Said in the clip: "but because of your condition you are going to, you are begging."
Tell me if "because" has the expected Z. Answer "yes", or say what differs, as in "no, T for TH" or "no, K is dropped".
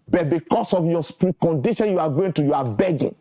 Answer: no, S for Z